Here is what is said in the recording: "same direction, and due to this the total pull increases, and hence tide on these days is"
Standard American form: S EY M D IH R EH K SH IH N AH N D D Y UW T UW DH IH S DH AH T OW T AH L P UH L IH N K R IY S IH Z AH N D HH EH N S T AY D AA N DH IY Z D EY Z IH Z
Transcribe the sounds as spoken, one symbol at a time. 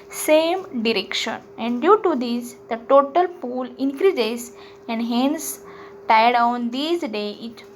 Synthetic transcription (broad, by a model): S EY M D IH R EH K SH IH N AH N D D Y UW T UW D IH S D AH T OW T AH L P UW L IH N K R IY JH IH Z AH N D HH EH N S T AY D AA N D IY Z D EY IH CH